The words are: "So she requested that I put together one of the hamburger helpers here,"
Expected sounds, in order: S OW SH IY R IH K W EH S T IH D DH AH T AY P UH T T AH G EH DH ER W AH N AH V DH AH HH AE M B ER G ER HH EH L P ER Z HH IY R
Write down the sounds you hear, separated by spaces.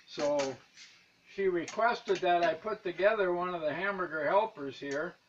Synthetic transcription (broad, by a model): S OW SH IY R IH K W EH S T IH D DH AH T AY P UH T T AH G EH DH ER W AH N AH V DH AH HH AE M ER G ER HH EH L P ER Z HH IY R